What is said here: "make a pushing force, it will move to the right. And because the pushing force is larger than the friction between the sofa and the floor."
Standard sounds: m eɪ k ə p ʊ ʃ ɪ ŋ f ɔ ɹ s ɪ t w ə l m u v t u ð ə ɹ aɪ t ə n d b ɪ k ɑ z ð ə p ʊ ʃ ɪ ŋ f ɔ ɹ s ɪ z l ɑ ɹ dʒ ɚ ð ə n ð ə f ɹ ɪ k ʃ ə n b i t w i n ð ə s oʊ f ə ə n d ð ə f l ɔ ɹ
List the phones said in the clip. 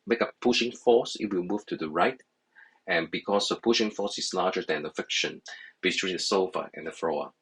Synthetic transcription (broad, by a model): m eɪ k ə p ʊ ʃ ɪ ŋ f ɔ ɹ s ɪ t w ə l m u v t u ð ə ɹ aɪ t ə n b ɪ k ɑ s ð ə p ʊ ʃ ɪ ŋ f ɔ s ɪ s l ɑ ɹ dʒ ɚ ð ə n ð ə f ɪ k ʃ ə n b i t w i n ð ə s oʊ f ə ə n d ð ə f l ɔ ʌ